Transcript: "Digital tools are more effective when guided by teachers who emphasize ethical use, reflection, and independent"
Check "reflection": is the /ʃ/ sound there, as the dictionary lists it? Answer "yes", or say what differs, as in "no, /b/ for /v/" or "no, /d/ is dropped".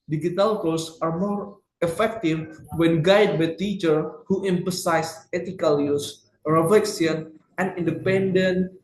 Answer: no, /s/ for /ʃ/